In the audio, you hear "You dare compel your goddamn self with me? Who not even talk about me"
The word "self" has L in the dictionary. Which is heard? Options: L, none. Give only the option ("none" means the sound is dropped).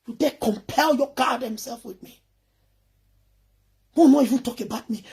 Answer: L